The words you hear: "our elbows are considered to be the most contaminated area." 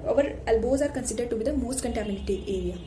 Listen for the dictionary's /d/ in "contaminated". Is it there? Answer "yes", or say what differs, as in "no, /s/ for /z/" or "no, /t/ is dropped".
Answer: no, /d/ is dropped